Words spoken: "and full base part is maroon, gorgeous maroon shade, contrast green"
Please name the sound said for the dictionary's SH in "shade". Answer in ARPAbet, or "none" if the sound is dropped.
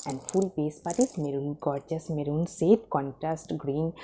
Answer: S